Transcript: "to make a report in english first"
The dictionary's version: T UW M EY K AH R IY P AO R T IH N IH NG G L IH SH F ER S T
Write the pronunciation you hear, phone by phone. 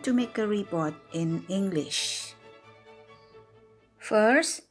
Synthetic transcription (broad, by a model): T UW M EY K AH R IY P AO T IH N IH NG G L IH SH F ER S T